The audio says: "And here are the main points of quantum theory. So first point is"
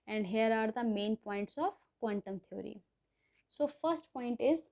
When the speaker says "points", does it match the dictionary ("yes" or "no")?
yes